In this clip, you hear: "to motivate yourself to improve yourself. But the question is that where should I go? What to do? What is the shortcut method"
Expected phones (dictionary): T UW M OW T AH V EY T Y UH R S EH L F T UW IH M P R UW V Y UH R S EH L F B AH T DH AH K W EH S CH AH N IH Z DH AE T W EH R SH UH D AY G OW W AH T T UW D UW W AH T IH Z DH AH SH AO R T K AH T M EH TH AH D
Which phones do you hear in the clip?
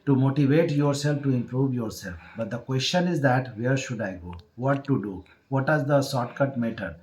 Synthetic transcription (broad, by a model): T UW M OW T AH V EY T Y UH R S EH L F T UW IH M P R UW V Y UH R S EH L F B AH T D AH K W EH S CH AH N IH Z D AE T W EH R SH UH D AY G OW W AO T T UW D UW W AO T IH Z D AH S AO T K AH T M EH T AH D